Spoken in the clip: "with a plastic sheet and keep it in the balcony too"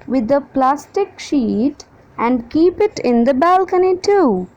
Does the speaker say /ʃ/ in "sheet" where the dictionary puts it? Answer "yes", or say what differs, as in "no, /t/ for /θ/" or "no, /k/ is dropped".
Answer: yes